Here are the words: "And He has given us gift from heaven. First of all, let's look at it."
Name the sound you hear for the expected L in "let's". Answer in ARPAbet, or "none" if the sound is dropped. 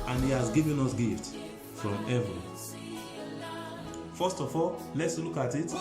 L